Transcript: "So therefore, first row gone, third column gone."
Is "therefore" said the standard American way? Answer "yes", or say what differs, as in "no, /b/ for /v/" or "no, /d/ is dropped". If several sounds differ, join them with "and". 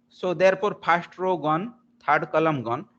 no, /p/ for /f/